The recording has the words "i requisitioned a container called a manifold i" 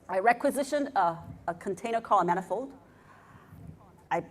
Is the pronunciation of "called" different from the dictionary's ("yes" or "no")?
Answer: yes